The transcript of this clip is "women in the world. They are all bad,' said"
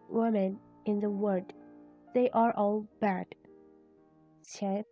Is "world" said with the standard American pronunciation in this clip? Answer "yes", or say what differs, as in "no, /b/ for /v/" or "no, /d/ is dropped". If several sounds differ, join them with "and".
no, /l/ is dropped